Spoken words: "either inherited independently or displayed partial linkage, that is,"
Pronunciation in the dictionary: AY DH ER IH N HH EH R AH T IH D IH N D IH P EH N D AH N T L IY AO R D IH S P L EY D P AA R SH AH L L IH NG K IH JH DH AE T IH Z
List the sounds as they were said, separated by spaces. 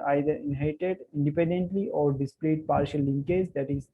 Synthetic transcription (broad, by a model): AY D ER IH N HH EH AH T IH D IH N D IH P EH N D AH N T L IY AO R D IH S P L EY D P AA R SH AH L L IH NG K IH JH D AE T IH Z